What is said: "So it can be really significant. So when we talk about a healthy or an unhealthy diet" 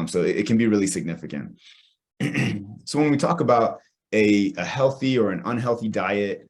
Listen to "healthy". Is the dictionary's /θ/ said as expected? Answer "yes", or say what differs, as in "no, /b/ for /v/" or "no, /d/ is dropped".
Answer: yes